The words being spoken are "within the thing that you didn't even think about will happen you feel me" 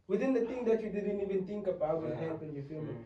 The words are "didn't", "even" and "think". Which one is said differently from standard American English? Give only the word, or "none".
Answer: think